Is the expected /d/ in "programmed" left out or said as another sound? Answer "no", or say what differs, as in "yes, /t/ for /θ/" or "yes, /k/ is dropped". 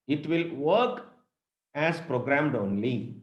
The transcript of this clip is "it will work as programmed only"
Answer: no